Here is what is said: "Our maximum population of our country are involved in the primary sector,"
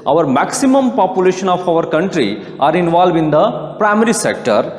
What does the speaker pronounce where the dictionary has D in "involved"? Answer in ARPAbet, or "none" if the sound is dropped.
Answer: none